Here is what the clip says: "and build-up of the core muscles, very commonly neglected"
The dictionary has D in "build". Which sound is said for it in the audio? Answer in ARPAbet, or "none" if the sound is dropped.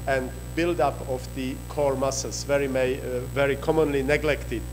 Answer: D